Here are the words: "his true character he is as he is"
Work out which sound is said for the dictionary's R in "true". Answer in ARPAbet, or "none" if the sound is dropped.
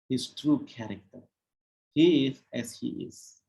R